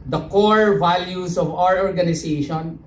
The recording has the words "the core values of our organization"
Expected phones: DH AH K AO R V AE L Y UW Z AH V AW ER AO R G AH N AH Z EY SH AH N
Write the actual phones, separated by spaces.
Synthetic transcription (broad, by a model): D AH K AO R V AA L Y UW S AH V AW ER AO R G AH N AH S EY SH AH N